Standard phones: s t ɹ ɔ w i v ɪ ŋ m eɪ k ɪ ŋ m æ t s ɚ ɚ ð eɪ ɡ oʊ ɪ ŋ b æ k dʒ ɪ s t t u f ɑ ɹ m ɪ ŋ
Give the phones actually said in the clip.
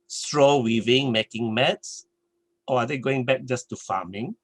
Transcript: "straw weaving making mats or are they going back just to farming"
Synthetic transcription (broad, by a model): s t ɹ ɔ w i v ɪ ŋ m eɪ k ɪ ŋ m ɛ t s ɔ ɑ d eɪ ɡ oʊ ɪ ŋ b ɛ k dʒ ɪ s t t u f ɑ m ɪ ŋ